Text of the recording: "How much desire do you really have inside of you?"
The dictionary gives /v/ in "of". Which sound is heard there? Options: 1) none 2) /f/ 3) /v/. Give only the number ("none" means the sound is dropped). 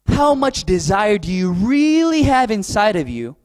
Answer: 3